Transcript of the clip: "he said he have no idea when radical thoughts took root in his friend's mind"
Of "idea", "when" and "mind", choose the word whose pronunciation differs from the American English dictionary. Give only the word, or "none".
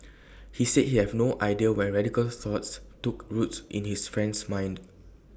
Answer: none